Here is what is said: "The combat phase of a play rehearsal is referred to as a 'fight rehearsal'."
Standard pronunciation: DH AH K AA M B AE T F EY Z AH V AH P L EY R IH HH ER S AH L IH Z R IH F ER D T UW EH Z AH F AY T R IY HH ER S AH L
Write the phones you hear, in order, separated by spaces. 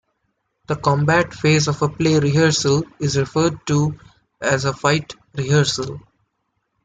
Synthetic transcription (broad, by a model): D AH K AA M B AE T F EY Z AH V AH P L EY R IH HH ER S AH L IH Z R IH F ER D T UW EH Z AH F AY T R IY HH ER S AH L